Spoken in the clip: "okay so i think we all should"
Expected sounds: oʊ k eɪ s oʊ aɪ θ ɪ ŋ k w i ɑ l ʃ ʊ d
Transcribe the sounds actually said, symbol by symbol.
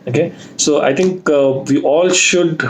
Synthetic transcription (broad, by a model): oʊ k eɪ s oʊ aɪ t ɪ ŋ k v i ɑ l ʃ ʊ d